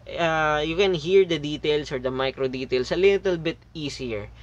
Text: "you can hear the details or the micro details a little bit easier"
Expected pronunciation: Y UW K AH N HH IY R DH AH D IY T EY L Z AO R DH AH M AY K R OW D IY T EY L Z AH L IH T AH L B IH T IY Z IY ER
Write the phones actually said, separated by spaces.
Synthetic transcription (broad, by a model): Y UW K AH N HH IY R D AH D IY T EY L S AO R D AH M AY K R OW D IY T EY L S AH L IH T AH L B IH T IY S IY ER